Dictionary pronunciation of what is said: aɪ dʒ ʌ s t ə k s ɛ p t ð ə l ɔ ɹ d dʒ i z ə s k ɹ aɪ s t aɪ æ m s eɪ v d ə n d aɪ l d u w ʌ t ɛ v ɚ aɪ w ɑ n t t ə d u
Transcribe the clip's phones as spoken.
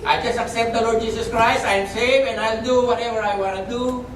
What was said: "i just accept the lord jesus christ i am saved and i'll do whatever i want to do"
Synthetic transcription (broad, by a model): aɪ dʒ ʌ s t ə k s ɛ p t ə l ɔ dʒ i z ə s k ɹ aɪ s t aɪ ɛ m s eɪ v ə n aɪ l d u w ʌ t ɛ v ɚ aɪ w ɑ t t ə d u